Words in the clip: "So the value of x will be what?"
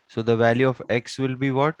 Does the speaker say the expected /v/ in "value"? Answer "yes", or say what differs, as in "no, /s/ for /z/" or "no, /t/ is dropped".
yes